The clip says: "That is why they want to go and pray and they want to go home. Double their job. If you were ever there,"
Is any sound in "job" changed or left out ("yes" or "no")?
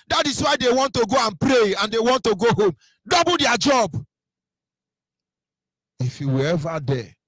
no